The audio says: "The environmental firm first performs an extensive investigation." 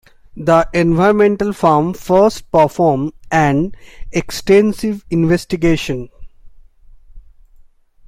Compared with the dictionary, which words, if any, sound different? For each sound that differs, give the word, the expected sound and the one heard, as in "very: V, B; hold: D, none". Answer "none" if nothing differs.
performs: Z, none